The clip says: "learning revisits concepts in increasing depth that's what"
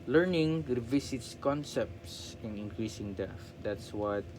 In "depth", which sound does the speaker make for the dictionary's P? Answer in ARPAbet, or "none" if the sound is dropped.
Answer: none